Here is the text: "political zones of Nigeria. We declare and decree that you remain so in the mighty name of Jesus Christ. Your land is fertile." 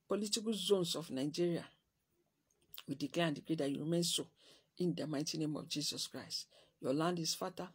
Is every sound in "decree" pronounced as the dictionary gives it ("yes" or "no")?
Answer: no